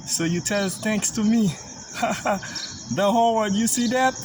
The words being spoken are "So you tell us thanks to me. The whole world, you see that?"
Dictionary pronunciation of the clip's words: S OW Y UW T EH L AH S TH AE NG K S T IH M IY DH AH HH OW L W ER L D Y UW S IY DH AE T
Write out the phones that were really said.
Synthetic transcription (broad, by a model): S OW Y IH T EH L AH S TH AE NG K S T IH M IY DH AH HH OW L W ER D Y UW S IY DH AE T